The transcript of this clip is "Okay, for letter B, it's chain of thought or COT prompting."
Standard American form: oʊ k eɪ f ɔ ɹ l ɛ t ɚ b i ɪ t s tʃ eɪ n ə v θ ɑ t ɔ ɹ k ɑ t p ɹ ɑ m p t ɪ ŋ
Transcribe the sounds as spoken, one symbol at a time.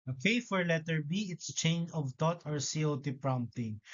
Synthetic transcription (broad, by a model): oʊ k eɪ f ɔ ɹ l ɛ t ɚ b i ɪ t s tʃ eɪ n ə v t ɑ t ɔ ɹ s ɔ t p ɹ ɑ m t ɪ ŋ